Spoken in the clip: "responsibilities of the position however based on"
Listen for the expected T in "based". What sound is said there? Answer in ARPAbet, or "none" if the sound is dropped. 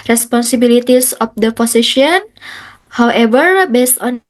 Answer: T